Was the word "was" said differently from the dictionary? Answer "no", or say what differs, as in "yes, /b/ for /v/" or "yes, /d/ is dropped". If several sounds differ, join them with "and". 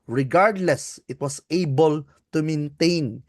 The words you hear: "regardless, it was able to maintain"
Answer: yes, /s/ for /z/